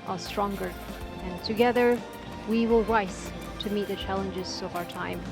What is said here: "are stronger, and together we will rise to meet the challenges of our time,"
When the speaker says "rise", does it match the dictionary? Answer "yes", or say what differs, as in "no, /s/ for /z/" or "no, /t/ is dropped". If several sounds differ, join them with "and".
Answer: no, /s/ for /z/